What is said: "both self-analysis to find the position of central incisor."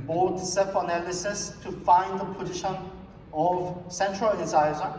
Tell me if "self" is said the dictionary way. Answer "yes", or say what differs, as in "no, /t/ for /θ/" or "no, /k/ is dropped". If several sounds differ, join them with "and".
no, /l/ is dropped